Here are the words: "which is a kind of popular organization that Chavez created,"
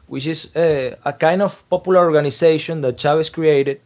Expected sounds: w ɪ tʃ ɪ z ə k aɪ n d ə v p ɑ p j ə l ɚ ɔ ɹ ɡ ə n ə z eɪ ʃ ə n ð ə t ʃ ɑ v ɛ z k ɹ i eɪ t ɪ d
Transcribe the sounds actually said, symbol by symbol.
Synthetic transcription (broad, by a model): w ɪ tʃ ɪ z ə k aɪ n d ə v p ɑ p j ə l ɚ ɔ ɹ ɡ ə n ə s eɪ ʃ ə n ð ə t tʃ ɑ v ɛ s k ɹ i eɪ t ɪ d